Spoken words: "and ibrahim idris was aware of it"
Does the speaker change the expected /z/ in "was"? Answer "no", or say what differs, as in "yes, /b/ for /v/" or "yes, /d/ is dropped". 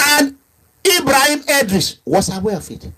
yes, /s/ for /z/